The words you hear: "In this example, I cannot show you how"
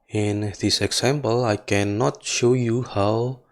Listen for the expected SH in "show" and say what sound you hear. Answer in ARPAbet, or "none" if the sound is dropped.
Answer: SH